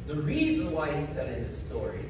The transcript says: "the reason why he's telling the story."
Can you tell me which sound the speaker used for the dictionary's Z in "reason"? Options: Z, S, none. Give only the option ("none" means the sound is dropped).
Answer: Z